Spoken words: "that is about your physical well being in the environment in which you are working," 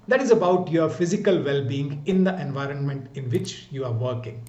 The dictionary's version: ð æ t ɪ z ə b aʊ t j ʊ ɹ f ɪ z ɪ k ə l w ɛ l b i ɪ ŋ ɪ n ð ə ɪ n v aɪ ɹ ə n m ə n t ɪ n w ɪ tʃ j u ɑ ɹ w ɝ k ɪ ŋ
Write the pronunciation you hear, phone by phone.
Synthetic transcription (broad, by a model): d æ t ɪ z ə b aʊ t j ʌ ɹ f ɪ z ɪ k ə l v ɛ l b i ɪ ŋ ɪ n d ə ɪ n v aɪ ɹ ə n m ə n t ɪ n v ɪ tʃ j u ɑ ɹ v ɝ k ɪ ŋ